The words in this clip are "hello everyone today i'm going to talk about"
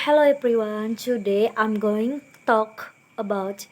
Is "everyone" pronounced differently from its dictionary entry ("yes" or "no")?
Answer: yes